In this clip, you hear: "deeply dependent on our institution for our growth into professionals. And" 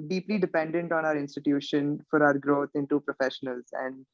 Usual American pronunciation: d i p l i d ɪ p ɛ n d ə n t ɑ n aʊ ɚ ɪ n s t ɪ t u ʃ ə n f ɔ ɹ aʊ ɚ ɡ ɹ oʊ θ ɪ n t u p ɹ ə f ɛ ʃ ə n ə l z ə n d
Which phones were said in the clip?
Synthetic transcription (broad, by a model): d i p l i d ɪ p ɛ n d ə n t ɑ n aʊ ɚ ɪ n s t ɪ t u ʃ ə n f ɔ ɹ aʊ ɚ ɡ ɹ oʊ t ɪ n t u p ɹ ə f ɛ ʃ ə n ə l z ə n d